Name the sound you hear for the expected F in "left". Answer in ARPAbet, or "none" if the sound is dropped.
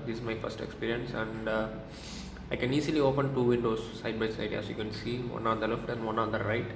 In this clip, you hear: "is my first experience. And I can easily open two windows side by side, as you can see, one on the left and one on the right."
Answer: F